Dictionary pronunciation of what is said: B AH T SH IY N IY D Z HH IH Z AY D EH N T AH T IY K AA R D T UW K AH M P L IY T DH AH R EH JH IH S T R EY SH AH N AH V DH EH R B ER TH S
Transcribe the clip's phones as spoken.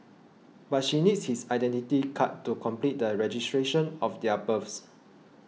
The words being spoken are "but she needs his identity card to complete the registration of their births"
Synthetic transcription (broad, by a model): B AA T SH IY N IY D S HH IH S AY D EH N T AH T IY K AA T UW K AH M P L IY T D AH R EH JH IH S T R EY SH AH N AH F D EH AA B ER F S